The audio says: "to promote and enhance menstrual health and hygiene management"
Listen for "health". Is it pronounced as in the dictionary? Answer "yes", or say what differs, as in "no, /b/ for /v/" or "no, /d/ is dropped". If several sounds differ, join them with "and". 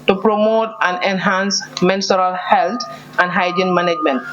no, /t/ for /θ/